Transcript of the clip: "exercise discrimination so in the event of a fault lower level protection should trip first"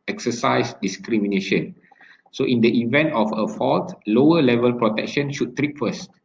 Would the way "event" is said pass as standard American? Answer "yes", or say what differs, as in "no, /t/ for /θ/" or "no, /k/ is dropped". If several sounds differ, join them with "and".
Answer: yes